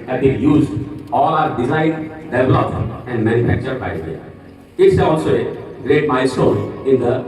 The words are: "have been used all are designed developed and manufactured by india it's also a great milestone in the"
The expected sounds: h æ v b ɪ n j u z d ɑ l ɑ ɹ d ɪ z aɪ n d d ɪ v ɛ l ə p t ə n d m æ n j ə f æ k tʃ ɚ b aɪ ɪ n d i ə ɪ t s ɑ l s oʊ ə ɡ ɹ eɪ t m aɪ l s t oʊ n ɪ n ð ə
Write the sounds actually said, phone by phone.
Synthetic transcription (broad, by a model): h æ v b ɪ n j u z d ɑ l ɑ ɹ d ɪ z aɪ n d d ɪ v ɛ l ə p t ə n d m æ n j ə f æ k tʃ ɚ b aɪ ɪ d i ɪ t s ɑ l s oʊ ə ɡ ɹ eɪ t m aɪ s oʊ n ɪ n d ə